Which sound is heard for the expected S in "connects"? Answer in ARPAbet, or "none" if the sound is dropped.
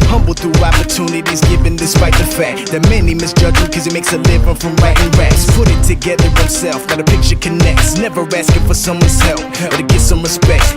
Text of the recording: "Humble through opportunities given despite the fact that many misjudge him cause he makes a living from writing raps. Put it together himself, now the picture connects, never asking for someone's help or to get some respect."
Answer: S